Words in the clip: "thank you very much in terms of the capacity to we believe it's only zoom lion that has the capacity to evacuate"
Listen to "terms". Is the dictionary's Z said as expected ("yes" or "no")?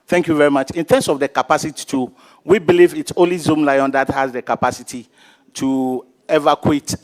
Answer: no